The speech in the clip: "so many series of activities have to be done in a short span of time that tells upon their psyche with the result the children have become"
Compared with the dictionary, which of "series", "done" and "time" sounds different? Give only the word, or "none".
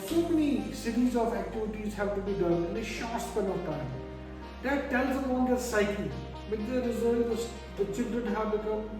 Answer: none